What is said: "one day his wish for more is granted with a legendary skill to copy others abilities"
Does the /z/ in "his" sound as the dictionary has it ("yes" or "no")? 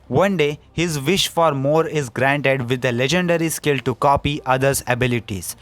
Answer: yes